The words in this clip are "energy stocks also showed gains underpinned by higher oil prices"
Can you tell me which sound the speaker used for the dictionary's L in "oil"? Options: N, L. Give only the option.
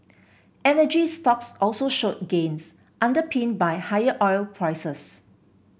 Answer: L